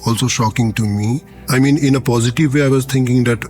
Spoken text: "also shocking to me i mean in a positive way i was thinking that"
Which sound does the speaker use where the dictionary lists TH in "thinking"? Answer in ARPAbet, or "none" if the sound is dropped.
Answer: T